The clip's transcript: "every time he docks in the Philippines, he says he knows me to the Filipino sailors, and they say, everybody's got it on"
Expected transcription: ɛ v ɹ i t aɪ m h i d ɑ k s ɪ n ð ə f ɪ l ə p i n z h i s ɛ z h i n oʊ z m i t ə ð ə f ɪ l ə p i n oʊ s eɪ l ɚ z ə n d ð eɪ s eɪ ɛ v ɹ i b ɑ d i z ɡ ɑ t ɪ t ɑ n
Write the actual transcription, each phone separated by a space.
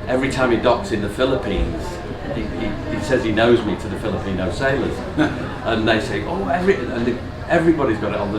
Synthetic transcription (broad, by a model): ɛ v ɹ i t aɪ m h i d ɑ k s ɪ n ð ə f ɪ l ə p i n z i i s ɛ z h i n oʊ z m i t ə ð ə f ɪ l ə p i n oʊ s eɪ l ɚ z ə n ð eɪ s eɪ ɛ v ɹ i b ɑ d i z ɡ ɑ t ɪ t n